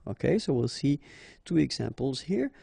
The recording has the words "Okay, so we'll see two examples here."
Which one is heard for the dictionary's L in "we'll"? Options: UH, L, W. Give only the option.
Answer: L